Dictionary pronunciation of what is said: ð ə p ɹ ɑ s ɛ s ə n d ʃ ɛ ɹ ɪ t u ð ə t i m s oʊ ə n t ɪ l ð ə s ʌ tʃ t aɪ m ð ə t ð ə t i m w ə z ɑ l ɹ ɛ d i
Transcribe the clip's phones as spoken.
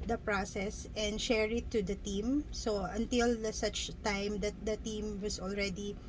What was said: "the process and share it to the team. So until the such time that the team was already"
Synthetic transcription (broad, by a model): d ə p ɹ ɑ s ɛ s ə n d ʃ ɛ ɹ ɪ t u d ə t i m s oʊ ə n t ɪ l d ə s ʌ tʃ t aɪ m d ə t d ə t i m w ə s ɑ l ɹ ɛ d i